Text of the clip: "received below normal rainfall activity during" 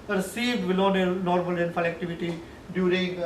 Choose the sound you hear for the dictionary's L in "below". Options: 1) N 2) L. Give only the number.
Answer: 1